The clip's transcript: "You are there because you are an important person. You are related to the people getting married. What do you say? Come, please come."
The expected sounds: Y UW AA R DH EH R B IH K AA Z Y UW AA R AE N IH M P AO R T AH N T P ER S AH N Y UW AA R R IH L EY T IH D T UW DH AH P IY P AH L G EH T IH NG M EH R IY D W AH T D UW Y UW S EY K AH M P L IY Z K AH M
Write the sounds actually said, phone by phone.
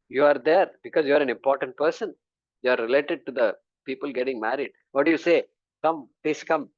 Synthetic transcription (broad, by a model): Y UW AA R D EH R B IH K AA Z Y UW AA R AE N IH M P AO R T AH N T P ER S AH N Y UW AA R R IH L EY T IH D T UW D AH P IY P AH L G EH T IH NG M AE R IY D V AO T D UW Y UW S EY K AH M P L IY S K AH M